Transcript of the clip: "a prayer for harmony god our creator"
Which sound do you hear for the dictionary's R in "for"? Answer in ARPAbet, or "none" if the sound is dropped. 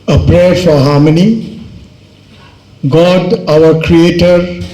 R